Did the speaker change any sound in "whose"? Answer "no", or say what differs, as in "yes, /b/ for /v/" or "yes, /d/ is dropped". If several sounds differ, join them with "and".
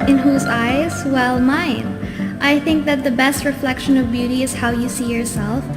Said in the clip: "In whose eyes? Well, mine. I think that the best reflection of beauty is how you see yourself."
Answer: no